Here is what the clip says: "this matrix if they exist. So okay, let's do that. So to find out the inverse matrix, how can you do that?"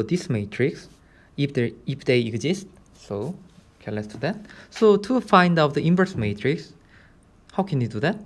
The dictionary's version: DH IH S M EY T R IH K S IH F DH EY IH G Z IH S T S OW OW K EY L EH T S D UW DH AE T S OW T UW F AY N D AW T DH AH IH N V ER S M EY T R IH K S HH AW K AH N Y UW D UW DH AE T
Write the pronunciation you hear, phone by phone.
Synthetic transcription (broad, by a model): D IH S M EY T R IH K S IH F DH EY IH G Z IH S T S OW OW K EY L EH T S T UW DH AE T S OW T UW F AY N D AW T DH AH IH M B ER S M EY T R IH K S HH AW K AH N Y UW D UW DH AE T